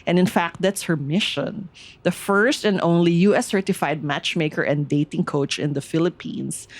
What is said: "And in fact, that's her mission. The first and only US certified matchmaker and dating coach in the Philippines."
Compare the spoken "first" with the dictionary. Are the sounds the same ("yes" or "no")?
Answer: yes